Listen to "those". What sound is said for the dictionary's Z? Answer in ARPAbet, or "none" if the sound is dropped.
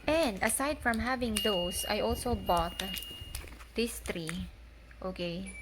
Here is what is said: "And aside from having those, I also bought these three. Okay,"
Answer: S